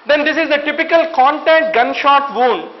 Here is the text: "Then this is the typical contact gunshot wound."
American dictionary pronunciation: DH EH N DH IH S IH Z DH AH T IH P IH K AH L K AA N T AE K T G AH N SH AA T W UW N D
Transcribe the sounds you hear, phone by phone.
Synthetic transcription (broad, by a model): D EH N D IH S IH Z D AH T IH P IH K AH L K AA N T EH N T G AH N SH AA T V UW N D